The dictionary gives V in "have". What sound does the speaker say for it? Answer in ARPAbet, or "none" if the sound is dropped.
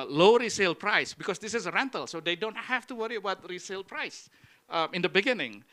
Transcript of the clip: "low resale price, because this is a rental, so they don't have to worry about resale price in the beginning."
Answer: F